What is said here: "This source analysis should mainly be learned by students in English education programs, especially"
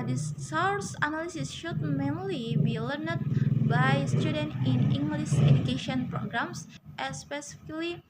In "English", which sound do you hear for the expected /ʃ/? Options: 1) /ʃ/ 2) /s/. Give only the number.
2